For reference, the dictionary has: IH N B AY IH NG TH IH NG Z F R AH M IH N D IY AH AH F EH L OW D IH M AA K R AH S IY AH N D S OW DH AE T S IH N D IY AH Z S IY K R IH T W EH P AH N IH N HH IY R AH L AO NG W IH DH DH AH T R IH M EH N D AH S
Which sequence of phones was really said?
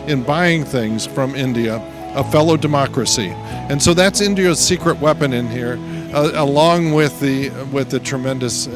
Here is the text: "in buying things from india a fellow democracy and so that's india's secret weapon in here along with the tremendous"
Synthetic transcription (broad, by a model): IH N B AY IH NG TH IH NG Z F R AH M IH N D IY AH AH F EH L OW D IH M AA K R AH S IY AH N S OW DH AE T S IH N D IY AH Z S IY K R IH T W EH P AH N IH N HH IY R AH L AO NG W IH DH DH AH T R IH M EH N D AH S